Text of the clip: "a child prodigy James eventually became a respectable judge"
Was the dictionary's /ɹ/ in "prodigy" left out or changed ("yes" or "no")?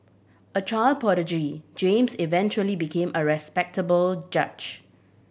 yes